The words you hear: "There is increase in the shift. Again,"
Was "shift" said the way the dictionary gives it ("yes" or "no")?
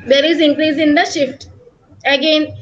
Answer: yes